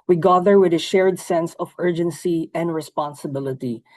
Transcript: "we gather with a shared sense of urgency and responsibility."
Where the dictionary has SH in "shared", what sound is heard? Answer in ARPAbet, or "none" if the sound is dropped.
SH